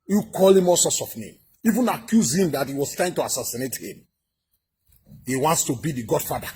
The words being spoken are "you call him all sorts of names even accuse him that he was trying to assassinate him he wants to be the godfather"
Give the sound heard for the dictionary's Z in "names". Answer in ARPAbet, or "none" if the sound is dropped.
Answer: none